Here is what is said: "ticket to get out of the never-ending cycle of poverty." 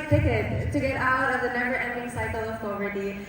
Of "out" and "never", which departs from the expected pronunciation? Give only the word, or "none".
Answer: never